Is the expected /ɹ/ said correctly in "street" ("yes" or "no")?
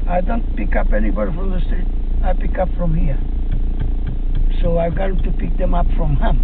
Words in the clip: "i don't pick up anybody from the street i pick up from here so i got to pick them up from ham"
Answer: no